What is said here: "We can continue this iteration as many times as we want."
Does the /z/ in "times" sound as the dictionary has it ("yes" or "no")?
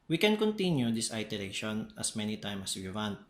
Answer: no